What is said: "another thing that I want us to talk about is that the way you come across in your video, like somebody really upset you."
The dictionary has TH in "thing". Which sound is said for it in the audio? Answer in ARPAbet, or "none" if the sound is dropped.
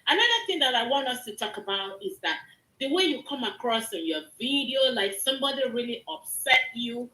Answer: TH